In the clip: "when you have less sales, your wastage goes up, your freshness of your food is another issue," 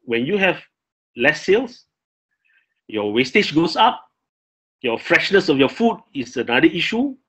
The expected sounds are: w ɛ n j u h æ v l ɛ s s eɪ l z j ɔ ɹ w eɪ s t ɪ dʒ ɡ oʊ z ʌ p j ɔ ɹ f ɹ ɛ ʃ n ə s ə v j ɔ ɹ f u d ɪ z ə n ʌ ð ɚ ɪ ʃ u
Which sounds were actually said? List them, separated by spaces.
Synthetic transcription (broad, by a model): w ɛ n j u h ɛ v l ɛ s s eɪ l s j ɔ w eɪ s t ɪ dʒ ɡ oʊ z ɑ p j ɔ f ɹ ɛ ʃ n ə s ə f j ɔ f u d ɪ s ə n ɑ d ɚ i ʃ u